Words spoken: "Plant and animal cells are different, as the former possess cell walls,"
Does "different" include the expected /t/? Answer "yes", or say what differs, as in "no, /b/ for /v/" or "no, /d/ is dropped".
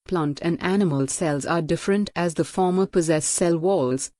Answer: yes